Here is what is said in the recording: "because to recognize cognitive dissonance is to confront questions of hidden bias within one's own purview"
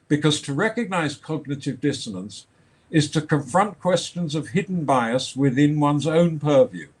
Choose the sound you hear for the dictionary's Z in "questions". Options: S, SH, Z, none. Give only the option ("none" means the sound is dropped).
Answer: Z